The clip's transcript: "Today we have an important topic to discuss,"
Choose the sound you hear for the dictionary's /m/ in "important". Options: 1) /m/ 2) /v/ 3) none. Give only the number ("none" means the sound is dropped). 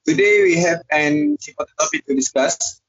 3